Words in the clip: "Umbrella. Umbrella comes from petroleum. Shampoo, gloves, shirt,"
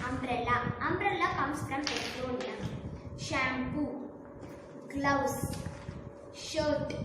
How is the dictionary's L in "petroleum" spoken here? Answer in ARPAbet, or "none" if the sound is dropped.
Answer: N